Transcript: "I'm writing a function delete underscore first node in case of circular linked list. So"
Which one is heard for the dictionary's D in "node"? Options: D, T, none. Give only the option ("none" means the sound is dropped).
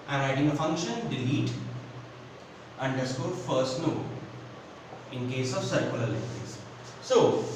none